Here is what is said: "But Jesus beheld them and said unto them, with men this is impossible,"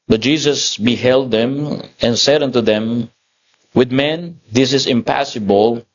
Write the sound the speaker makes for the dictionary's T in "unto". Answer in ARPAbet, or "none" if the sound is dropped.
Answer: T